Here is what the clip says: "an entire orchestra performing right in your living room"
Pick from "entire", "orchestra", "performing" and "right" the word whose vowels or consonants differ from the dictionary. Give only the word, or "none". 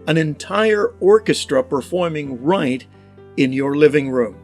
none